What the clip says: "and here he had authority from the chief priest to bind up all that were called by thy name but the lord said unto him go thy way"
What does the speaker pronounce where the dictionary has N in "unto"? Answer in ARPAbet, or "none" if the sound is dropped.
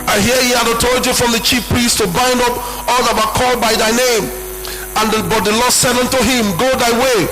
N